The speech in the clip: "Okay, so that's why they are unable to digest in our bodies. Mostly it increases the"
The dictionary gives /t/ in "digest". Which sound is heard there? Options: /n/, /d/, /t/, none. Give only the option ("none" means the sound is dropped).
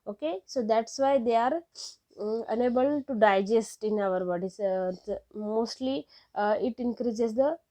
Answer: /t/